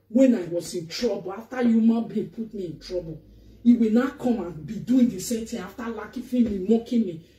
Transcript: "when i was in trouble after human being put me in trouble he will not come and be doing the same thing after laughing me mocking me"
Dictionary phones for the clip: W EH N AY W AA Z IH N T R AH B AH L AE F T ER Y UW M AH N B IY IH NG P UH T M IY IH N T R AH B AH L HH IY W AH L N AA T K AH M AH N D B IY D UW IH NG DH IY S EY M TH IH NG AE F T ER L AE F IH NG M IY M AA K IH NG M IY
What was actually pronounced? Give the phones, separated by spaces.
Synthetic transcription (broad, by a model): W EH N AY W AA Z IH N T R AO B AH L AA F T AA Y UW M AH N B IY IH P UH T M IY IH N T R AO B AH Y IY W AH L N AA K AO M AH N B IY D UW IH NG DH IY S EY M T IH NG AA F T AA L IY F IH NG M IY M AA K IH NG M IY